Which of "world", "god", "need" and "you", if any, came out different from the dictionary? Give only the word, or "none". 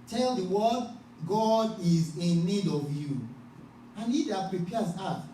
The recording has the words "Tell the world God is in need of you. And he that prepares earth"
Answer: world